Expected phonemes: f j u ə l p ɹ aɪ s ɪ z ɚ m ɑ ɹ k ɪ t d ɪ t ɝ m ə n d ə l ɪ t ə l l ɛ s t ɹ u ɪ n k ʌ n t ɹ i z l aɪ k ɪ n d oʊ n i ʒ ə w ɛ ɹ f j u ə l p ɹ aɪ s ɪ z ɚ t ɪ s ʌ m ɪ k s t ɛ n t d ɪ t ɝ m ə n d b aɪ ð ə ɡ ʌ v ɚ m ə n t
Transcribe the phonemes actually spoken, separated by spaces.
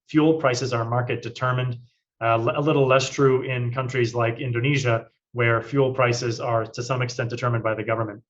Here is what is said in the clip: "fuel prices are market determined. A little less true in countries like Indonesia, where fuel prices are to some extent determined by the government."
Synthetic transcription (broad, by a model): f j u l p ɹ aɪ s ɪ z ɚ m ɑ ɹ k ɪ t d ɪ t ɝ m ə n d ə l ɪ t l l ɛ s t ɹ u ɪ n k ʌ n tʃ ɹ i z l aɪ k ɪ n d oʊ n i ʒ ə w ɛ ɹ f j u l p ɹ aɪ s ɪ z ɚ t ɪ s ʌ m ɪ k s t ɛ n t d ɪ t ɝ m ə n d b aɪ ð ə ɡ ʌ v ɚ m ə n t